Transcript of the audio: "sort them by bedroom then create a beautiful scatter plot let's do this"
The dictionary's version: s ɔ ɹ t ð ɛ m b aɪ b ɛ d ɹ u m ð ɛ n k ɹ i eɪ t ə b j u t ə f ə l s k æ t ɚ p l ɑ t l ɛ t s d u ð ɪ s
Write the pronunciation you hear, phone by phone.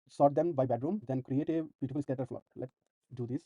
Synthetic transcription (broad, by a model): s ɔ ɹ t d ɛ m b aɪ b ɛ d ɹ u m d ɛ n k ɹ i eɪ t ə b j u t ə f ə l s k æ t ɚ f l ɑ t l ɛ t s d u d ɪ s